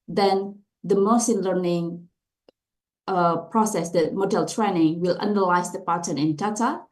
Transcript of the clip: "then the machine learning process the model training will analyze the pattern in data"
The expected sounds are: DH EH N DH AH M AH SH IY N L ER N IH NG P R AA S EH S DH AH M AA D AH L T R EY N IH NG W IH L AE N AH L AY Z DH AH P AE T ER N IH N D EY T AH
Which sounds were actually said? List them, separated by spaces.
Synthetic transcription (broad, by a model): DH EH N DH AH M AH S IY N L ER N IH NG P R AA S EH S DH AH M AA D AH L T R EY N IH NG W IH L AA N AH L AY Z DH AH P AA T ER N IH N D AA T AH